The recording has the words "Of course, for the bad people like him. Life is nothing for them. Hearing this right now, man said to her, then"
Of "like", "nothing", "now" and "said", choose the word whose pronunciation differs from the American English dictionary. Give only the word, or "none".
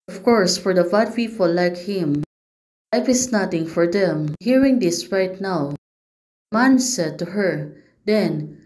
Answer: nothing